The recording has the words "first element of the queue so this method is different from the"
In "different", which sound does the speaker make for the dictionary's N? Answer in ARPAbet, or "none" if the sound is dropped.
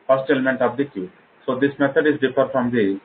none